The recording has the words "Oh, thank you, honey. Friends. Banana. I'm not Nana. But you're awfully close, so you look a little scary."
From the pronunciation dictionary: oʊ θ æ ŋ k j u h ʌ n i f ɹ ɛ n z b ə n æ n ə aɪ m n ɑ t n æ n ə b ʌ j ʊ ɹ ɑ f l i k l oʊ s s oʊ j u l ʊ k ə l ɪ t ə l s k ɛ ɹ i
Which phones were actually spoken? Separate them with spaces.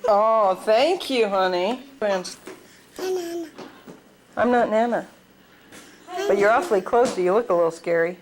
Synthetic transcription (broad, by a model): oʊ θ æ ŋ k j u h ʌ n i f ɹ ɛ n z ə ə m n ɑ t n æ n ə b ʌ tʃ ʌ ɹ ɑ f l i k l oʊ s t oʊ j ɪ l ʊ k ə l ɪ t l s k ɛ ɹ i